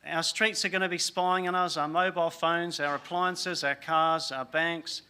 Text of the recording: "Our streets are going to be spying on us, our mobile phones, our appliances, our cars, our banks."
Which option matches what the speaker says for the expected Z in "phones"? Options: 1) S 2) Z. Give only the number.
2